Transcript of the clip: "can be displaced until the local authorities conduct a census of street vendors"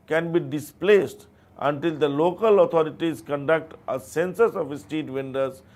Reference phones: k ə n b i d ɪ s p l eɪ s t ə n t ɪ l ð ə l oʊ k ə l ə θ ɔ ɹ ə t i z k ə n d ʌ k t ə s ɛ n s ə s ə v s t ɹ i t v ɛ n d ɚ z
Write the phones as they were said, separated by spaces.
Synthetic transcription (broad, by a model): k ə n b i d ɪ s p l eɪ s t ə n t ɪ l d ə l oʊ k ə l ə t ɔ ɹ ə t i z k ə n d ʌ k t ə s ɛ n s ə s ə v s t i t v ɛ n d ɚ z